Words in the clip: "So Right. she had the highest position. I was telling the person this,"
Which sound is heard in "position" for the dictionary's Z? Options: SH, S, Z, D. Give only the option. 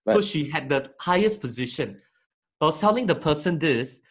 Z